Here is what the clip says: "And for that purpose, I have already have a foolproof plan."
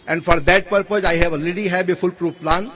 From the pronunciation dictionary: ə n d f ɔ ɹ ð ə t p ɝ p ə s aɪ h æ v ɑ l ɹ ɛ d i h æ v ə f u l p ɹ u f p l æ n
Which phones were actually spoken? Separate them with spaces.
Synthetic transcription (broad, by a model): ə n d f ɔ ɹ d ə t p ɝ p ə s aɪ h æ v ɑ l ɛ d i h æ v ə f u l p ɹ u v p l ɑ n